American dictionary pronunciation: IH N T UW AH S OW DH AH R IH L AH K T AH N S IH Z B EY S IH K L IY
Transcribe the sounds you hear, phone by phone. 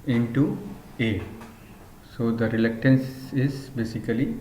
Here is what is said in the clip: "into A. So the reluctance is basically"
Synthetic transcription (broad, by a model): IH N T UW AH S OW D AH R IH L AH K T AH N S IH Z B EY S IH K L IY